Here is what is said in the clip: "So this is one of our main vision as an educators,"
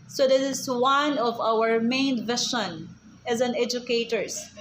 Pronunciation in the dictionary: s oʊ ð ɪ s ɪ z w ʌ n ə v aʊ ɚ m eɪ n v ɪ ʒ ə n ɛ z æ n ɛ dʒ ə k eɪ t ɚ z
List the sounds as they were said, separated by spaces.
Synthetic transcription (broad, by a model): s oʊ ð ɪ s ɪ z w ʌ n ə v aʊ ɚ m eɪ n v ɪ ʃ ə n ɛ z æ n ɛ dʒ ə k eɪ t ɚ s